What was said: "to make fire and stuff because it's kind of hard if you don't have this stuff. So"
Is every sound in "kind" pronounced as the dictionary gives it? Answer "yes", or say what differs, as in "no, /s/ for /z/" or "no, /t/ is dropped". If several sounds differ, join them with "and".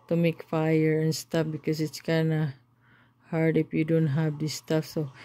no, /d/ is dropped